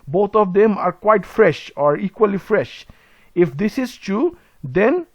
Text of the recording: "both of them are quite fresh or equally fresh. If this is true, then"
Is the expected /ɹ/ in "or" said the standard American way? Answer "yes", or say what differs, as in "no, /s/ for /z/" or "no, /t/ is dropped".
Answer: yes